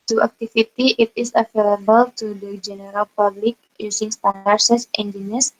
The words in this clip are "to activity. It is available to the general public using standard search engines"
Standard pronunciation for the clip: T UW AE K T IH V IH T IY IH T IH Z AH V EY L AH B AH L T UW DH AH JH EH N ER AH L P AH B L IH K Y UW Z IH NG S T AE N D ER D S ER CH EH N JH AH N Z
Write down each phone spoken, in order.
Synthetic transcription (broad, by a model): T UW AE K T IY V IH T IY IH T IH S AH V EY L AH B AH L T UW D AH JH EH N ER AH L P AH B L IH K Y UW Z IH NG S T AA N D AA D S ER S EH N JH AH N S